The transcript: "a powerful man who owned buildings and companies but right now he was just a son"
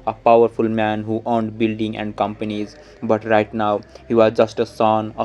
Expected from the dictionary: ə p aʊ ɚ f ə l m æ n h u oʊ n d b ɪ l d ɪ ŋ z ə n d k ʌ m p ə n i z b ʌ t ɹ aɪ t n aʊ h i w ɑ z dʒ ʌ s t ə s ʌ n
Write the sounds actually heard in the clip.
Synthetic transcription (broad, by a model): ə p aʊ ɚ f ə l m æ n h u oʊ n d b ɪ l d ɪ ŋ ə n d k ʌ m p ə n i z b ʌ t ɹ aɪ t n aʊ h i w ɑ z dʒ ʌ s t ə s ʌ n